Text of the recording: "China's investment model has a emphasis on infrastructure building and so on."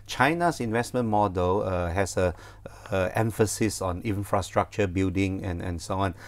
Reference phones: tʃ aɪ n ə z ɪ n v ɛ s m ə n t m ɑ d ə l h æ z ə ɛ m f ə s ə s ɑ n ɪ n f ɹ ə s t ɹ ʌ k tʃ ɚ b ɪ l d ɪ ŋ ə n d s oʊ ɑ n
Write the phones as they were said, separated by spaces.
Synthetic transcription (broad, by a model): tʃ aɪ n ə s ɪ n v ɛ s m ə n m ɑ d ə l h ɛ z ə ɛ m f ə s ə s ɑ n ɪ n f ɹ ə s t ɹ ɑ k tʃ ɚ b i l d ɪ ŋ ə n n s oʊ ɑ n